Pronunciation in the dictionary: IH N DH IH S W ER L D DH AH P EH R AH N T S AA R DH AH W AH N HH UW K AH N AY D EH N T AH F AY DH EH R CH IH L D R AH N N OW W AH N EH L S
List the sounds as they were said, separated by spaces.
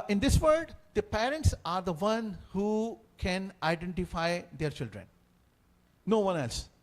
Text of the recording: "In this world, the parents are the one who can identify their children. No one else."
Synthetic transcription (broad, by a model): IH N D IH S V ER D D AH P EH R AH N T S AA R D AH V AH N HH UW K AH N AY D EH N T AH F AY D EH R CH IH L D R AH N N OW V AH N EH L S